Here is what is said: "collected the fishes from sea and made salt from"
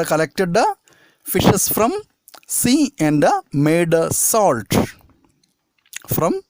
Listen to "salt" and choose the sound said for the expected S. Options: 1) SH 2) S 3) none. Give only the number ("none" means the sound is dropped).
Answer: 2